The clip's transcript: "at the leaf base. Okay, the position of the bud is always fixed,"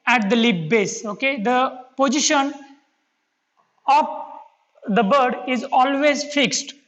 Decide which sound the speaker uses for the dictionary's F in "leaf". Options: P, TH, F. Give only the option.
P